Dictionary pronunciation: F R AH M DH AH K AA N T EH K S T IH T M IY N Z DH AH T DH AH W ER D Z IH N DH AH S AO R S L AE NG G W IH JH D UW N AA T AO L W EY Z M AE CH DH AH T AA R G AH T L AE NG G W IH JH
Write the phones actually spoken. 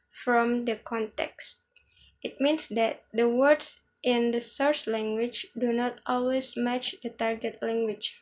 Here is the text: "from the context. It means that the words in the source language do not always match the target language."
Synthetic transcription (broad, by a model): F R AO M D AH K AA N T EH K S T IH T M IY N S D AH T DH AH W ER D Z IH N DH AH S AO R S L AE NG G W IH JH D UW N AA T AO L W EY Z M AE CH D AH T AA R G AH T L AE NG G W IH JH